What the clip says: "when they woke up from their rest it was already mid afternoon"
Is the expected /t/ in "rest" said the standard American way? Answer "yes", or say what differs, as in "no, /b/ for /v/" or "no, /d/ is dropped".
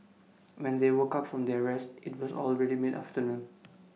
yes